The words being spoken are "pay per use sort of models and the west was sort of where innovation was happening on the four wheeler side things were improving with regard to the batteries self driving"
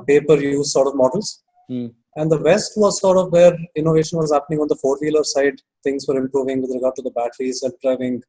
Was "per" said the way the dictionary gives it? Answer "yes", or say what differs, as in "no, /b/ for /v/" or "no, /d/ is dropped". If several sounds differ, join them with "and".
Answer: yes